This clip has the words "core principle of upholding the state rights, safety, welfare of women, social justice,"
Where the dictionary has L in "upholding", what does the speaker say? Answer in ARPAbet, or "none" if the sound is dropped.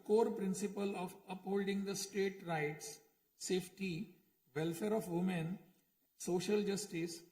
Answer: L